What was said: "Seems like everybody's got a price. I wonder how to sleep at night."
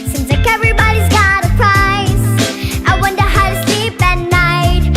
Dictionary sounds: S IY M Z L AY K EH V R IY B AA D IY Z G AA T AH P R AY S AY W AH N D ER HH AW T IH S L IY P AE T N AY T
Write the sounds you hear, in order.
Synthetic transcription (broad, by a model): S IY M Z L AY K EH V R IY B AA D IY Z G AA T AH P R AY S AY W AH N D ER HH AW T IH S L IY P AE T N AY T